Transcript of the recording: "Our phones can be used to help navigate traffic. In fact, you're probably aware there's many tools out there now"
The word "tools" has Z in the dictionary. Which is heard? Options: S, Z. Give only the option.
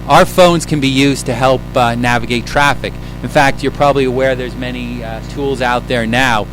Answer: Z